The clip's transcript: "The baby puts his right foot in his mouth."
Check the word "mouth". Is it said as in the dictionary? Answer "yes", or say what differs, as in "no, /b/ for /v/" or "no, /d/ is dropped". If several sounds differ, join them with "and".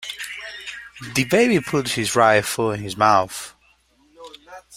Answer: yes